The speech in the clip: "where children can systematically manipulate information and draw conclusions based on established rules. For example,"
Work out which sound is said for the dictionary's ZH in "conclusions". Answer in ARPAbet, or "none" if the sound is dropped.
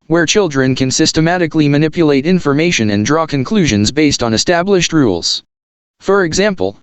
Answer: ZH